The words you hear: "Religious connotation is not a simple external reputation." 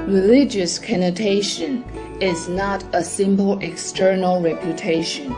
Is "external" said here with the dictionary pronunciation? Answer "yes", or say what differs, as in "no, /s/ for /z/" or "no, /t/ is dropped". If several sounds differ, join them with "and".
yes